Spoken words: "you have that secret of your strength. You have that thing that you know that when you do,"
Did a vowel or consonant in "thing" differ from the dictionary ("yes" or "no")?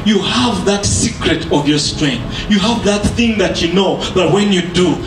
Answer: no